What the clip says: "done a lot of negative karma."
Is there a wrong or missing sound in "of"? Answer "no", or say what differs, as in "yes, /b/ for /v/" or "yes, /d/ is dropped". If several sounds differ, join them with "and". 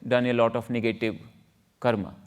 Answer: yes, /f/ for /v/